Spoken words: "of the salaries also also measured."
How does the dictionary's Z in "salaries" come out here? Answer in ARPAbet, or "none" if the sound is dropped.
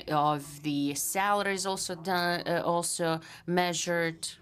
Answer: Z